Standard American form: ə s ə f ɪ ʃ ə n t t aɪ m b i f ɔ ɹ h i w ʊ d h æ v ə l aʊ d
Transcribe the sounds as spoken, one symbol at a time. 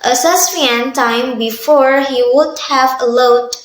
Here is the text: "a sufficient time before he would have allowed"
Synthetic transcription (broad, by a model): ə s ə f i ə n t t aɪ m b i f ɔ ɹ h i w ʊ d h æ v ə l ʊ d